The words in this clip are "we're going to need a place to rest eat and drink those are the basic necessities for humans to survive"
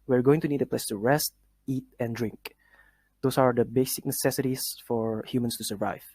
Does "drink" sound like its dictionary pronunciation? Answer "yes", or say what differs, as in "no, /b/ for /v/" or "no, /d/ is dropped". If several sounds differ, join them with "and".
yes